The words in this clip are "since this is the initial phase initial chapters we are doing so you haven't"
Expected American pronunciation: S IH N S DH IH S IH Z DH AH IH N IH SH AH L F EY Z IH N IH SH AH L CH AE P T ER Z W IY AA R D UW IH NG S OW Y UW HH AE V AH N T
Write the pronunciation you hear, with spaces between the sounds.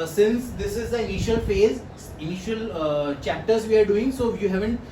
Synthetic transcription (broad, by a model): S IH N S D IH S IH Z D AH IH N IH SH AH L F EY Z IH N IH SH AH L CH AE P T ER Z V IY AA R D UW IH NG S OW Y UW HH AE V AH N T